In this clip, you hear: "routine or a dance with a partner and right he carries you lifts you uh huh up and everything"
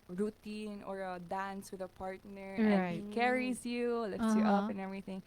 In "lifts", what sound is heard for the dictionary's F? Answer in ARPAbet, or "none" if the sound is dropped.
none